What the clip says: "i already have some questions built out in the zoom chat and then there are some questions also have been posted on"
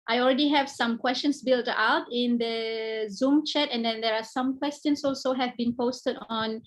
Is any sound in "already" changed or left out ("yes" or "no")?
no